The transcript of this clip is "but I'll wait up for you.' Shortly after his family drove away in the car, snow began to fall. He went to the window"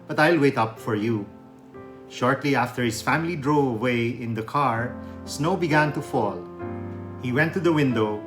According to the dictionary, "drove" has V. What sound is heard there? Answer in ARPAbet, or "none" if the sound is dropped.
none